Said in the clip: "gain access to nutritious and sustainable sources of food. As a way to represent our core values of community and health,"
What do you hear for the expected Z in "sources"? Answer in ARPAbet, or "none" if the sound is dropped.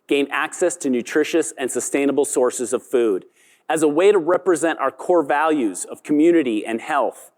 Z